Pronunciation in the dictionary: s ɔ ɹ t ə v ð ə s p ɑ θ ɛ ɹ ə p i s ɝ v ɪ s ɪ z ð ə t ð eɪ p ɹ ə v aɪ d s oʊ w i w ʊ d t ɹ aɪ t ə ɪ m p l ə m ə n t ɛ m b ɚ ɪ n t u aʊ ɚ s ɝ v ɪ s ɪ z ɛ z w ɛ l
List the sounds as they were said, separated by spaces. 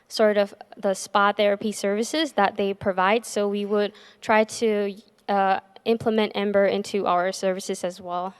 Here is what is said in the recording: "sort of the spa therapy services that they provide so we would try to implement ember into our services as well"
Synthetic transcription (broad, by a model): s ɔ ɹ t ə v ð ə s p ɑ θ ɛ ɹ ə p i s ɝ v ɪ s ɪ z ð ə t ð eɪ p ɹ ə v aɪ d s oʊ w i w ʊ d t ɹ aɪ t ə ɪ m p l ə m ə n t ɛ m b ɚ ɪ n t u aʊ ɚ s ɝ v ɪ s ɪ z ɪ z w ɛ l